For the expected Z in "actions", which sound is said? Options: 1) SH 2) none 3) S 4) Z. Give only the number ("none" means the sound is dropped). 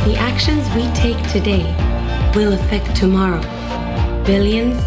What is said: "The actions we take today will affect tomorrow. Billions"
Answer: 4